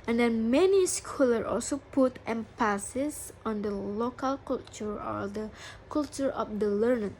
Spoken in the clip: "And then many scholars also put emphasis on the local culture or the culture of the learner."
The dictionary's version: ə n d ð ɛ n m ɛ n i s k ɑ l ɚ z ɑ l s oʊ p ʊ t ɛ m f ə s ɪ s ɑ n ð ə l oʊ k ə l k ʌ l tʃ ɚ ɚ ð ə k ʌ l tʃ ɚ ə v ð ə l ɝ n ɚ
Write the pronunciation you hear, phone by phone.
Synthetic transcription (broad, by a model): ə n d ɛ n m ɛ n i s k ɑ l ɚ ɑ l s oʊ p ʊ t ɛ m p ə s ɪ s ɑ n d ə l oʊ k ə l k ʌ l tʃ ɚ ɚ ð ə k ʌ l tʃ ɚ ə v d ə l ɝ n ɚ